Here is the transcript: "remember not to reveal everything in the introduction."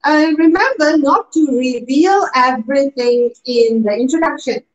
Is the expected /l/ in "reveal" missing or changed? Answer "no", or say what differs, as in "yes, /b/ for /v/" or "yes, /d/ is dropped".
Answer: no